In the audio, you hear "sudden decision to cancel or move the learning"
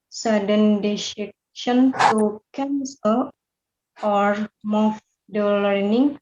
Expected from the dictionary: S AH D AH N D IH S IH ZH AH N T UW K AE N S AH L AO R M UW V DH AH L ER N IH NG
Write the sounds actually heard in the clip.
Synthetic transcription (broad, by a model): S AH D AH N D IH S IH SH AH N T UW K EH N S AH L AO R M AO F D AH L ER N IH NG